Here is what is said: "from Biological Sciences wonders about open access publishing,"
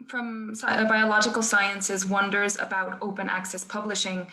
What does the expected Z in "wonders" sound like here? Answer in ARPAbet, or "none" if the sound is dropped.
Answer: Z